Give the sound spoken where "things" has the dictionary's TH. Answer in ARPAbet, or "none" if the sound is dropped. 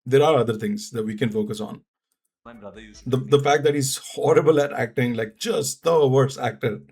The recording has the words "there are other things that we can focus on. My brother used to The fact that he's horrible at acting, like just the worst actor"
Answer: T